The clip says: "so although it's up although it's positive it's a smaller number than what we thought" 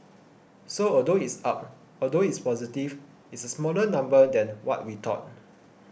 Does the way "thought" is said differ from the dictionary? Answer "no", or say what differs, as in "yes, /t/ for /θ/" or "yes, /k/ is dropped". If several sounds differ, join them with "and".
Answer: yes, /t/ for /θ/